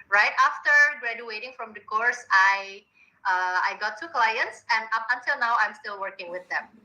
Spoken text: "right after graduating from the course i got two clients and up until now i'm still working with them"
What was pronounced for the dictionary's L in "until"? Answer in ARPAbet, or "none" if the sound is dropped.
L